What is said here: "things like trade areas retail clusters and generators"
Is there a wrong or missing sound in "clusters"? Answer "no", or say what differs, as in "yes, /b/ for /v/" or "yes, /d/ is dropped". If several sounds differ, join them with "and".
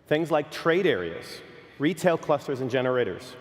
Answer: no